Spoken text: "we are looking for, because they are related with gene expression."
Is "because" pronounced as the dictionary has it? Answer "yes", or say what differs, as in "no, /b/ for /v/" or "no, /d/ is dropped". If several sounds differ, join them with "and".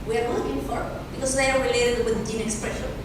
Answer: no, /s/ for /z/